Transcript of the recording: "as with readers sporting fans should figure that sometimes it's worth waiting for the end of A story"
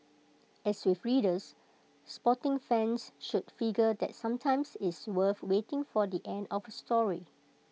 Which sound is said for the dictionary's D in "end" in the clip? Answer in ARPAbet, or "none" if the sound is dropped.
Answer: D